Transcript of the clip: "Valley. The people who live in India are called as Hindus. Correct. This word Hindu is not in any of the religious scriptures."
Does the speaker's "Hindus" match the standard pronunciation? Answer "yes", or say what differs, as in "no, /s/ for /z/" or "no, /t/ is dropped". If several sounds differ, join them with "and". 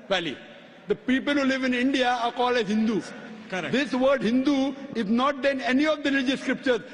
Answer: no, /z/ is dropped